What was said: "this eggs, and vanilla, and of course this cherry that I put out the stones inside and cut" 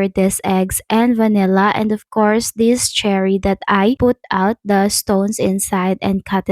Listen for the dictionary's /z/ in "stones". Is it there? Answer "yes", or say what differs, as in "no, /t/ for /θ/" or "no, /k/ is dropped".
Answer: no, /s/ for /z/